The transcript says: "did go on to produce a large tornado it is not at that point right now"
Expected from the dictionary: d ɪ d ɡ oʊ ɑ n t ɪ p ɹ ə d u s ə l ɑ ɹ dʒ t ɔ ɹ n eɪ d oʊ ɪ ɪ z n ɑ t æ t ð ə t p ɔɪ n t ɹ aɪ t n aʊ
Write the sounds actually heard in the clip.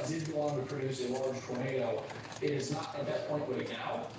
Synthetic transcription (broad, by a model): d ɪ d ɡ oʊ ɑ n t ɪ p ɹ ə d u s ə l ɑ ɹ dʒ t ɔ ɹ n eɪ d oʊ ɪ ɪ z n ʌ t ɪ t ð ə t p ɔɪ n t w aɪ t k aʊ